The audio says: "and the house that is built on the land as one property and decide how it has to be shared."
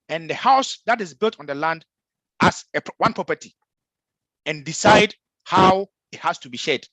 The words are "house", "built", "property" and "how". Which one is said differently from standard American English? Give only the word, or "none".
none